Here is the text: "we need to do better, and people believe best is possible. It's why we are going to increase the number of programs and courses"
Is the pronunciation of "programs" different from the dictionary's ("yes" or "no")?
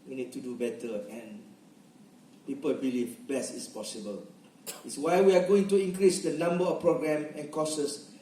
yes